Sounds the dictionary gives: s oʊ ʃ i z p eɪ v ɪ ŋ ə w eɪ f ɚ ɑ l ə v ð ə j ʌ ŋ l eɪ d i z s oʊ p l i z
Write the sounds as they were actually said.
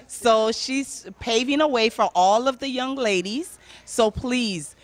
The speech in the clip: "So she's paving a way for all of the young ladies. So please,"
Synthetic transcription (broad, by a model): s oʊ ʃ i z p eɪ v ɪ ŋ ə w eɪ f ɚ ɑ l ə v ð ə j ʌ ŋ l eɪ d i z s oʊ p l i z